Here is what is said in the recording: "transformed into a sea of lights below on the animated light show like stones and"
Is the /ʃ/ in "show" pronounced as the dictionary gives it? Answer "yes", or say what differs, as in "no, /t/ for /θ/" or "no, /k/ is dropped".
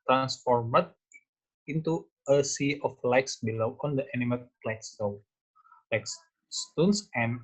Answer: no, /s/ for /ʃ/